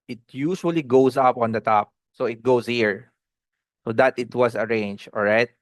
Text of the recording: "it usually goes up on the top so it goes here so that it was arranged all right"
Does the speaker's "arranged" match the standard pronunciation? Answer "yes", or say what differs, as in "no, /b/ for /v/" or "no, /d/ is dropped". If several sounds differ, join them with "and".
no, /d/ is dropped